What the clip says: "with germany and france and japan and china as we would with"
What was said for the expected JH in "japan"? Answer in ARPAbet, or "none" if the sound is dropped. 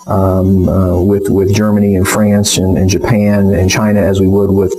JH